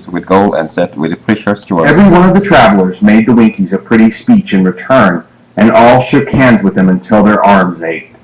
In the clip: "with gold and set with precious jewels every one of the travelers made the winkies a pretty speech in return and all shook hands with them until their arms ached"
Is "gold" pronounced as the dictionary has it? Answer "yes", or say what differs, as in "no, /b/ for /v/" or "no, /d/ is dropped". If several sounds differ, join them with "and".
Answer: no, /d/ is dropped